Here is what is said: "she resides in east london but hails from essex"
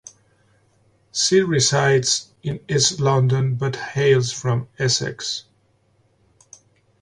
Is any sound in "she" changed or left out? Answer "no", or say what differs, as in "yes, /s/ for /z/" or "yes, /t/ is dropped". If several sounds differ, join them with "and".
yes, /s/ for /ʃ/